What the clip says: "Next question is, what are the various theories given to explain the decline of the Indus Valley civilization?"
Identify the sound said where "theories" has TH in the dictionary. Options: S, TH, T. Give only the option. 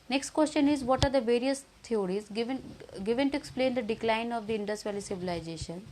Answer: T